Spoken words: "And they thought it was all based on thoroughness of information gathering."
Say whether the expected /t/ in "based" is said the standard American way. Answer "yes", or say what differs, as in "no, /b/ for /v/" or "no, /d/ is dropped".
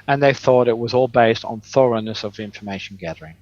yes